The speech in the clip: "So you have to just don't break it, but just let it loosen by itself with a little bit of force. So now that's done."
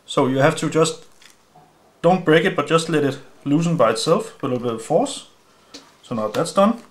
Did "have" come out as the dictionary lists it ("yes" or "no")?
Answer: no